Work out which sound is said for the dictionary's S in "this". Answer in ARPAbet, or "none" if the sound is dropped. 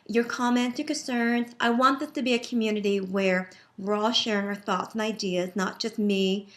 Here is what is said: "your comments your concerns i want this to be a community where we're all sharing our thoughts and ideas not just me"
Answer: none